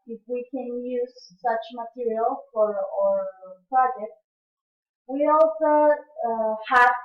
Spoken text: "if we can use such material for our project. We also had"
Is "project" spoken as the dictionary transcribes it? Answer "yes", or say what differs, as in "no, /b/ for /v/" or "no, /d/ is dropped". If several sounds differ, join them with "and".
no, /k/ is dropped